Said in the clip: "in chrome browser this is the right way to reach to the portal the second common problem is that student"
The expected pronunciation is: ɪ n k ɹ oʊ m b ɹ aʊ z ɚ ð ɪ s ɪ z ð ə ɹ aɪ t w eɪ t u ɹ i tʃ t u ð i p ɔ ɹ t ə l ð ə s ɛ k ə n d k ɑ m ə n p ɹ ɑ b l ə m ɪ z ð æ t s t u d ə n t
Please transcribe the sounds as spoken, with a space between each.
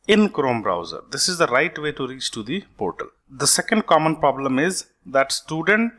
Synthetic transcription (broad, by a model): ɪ n k ɹ oʊ m b ɹ aʊ z ɚ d ɪ s ɪ z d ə ɹ aɪ t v eɪ t u ɹ i tʃ t u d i p ɔ ɹ t ə l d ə s ɛ k ə n d k ɑ m ə n p ɹ ɑ b l ə m ɪ z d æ t s t u d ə n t